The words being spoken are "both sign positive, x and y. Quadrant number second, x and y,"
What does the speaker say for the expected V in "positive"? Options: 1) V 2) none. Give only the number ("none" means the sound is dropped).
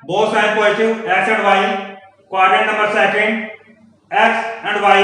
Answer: 2